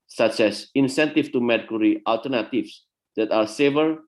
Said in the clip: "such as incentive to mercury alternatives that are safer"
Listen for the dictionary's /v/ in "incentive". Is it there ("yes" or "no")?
no